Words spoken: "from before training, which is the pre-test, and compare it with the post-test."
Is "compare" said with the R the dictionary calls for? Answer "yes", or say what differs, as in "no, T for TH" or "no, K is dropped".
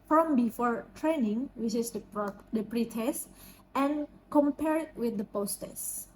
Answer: yes